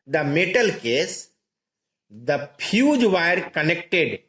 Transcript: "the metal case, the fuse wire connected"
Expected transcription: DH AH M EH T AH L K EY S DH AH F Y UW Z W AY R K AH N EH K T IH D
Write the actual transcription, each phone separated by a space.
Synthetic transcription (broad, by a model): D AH M EH T AH L K EY S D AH P Y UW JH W AY R K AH N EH K T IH D